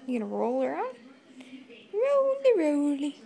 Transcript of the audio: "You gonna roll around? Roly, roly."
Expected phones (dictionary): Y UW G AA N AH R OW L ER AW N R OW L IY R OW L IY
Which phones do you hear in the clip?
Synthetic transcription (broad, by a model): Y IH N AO AH R OW L ER AW N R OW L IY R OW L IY